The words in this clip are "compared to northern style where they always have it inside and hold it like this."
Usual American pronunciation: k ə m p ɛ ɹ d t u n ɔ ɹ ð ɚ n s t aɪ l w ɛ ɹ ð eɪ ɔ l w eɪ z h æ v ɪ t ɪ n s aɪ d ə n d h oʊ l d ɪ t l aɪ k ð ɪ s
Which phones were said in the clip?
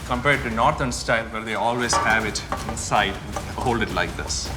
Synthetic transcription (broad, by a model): k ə m p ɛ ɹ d t u n ɔ ɹ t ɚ n s t aɪ l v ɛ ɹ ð eɪ ɔ l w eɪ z h æ v ɪ t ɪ n s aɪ ə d h oʊ l d ɪ t l aɪ k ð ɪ s